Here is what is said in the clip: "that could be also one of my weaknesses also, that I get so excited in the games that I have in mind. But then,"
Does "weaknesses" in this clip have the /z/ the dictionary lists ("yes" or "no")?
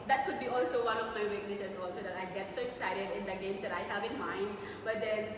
no